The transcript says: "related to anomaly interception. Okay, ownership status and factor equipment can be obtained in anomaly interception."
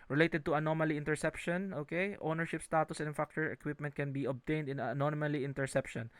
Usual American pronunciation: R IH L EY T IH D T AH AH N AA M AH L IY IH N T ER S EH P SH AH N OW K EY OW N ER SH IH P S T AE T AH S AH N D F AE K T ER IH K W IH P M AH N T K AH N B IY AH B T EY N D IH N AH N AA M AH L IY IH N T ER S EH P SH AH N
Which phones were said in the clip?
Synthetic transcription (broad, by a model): R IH L EY T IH D T AH AH N AA M AH L IY IH N T ER S EH P SH AH N OW K EY OW N ER SH IH P S T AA T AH S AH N F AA K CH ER IH K W IH P M AH N T K AH N B IY AH B T EY N D IH N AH N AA M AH L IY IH N T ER S EH P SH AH N